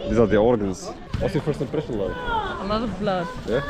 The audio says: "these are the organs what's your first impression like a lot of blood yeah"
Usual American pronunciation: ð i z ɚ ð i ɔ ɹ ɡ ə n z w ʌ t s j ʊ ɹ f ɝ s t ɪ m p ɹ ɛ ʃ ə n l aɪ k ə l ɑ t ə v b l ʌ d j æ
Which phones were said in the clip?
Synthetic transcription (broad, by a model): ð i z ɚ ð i ɔ ɹ ɡ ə n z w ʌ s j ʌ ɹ f ɝ s t ɪ m p ɹ ɛ ʃ ə n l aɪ ə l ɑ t ə v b l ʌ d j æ